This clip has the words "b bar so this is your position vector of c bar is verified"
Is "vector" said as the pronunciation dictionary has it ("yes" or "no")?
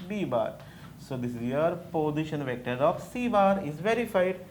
yes